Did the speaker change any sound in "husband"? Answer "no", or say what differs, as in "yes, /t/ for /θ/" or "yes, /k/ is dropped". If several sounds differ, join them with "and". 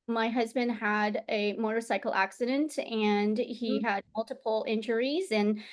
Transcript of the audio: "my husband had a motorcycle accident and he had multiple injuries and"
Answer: no